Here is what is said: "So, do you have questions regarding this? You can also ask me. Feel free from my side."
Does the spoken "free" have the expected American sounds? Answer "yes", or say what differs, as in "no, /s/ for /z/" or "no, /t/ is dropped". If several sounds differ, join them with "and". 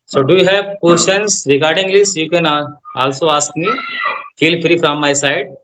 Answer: yes